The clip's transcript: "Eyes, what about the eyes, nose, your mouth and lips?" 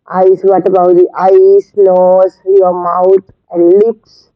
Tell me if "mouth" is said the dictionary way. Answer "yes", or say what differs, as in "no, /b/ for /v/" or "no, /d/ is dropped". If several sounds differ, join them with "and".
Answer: no, /t/ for /θ/